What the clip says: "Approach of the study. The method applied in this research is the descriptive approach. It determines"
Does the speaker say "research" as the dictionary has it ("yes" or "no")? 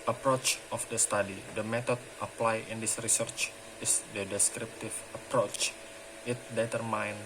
yes